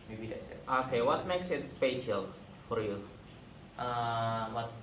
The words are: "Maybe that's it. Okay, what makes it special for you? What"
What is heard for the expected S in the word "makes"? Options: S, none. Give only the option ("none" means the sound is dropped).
S